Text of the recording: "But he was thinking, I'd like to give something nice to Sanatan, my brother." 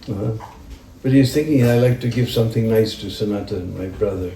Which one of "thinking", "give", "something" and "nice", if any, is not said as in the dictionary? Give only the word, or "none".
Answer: none